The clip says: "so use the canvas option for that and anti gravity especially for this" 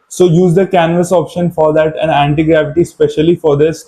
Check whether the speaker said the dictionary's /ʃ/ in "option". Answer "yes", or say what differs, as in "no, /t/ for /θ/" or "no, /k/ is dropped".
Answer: yes